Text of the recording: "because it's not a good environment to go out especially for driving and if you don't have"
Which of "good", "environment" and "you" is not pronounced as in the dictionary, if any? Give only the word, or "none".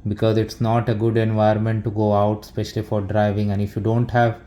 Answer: environment